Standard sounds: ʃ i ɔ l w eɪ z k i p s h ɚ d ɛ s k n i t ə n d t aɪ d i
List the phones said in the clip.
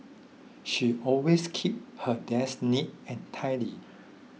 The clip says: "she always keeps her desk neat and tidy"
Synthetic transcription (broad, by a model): ʃ i ɔ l w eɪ s k i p h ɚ d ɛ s n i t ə n t aɪ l i